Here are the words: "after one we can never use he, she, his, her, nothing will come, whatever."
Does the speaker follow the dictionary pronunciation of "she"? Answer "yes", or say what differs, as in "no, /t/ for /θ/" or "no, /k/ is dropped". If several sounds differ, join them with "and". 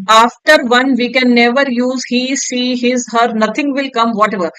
no, /s/ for /ʃ/